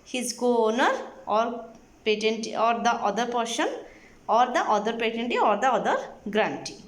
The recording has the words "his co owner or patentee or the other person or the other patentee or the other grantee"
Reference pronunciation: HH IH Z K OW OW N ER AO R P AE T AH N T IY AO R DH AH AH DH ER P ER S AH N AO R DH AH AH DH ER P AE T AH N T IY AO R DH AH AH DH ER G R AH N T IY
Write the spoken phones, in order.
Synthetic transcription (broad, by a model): HH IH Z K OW OW N ER AO R P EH T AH N T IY AO R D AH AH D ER P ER SH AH N AO R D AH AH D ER P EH T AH N T IY AO R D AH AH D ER G R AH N T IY